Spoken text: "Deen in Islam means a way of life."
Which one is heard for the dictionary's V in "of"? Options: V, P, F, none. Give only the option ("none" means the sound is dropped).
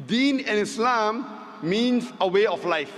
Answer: F